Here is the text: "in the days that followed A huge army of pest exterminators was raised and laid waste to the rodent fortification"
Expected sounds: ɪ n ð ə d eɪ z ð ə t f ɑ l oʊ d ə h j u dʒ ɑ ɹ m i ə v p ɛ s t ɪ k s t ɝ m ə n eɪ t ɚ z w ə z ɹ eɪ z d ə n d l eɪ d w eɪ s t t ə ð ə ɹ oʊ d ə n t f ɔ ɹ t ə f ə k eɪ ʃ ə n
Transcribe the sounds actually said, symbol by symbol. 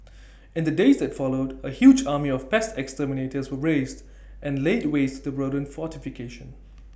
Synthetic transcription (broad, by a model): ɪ n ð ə d eɪ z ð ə t f ɑ l oʊ d ə h j u dʒ ɑ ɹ m i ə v p ɛ s t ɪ k s t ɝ m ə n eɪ t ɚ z w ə ɹ eɪ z d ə n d l eɪ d w eɪ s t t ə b ɹ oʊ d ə n f ɔ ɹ t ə f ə k eɪ ʃ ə n